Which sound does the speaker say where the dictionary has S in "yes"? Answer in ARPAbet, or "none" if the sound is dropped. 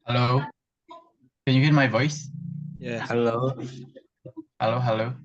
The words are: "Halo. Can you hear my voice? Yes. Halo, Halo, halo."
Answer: none